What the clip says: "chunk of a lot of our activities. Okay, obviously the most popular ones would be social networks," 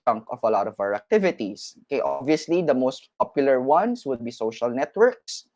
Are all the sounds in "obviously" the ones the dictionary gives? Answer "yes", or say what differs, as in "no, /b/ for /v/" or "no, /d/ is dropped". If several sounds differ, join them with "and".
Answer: yes